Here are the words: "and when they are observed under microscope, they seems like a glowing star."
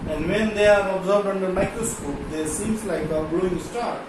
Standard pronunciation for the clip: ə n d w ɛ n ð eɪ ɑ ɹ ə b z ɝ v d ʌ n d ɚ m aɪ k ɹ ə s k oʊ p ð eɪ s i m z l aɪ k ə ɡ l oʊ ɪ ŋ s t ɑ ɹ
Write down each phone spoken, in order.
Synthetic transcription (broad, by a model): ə n d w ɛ n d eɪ ɑ ɹ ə b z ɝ b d ʌ n d ɚ m aɪ k ɹ ə s k oʊ p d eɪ s i m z l aɪ k ə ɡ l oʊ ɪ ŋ s t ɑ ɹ